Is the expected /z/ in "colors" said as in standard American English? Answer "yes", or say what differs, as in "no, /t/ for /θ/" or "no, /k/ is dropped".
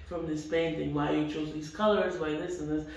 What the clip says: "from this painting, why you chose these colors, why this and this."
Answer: yes